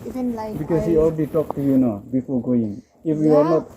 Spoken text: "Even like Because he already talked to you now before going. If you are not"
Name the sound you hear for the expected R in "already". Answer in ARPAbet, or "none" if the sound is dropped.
L